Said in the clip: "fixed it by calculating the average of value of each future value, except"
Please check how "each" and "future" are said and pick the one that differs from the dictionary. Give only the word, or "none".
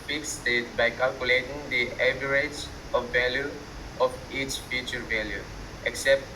none